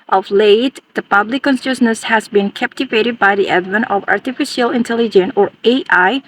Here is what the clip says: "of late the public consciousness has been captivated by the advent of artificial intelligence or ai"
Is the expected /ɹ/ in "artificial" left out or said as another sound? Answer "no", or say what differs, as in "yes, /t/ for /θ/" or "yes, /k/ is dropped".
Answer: no